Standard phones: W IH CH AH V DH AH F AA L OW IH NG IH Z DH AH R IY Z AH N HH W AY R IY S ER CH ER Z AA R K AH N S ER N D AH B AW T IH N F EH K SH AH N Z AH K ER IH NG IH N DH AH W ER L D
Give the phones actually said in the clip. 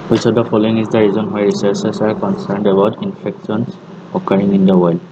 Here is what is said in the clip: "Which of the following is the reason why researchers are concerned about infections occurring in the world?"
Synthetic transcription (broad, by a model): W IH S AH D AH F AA L OW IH NG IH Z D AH R IY Z AH N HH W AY R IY S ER S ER S AA R K AH N S ER N D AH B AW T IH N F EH K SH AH N S AH K ER IH NG IH N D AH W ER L D